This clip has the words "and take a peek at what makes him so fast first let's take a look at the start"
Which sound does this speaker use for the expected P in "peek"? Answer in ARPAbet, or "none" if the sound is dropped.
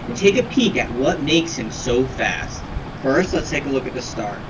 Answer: P